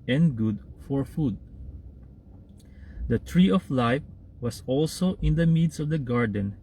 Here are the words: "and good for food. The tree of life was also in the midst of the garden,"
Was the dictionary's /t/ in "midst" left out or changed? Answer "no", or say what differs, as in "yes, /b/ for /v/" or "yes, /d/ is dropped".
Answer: yes, /t/ is dropped